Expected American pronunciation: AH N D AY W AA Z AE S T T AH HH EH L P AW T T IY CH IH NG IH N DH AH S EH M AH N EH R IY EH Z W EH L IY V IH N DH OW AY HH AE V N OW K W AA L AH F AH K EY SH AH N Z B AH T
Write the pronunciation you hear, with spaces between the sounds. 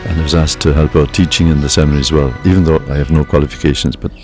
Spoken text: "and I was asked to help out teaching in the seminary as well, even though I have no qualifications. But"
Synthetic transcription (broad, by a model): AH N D AY W AA Z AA S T T AH HH EH L P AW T T IY CH IH NG IH N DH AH S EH M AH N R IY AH Z W EH L IY V IH N DH OW AY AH V N OW K W AA L AH F AH K EY SH AH N Z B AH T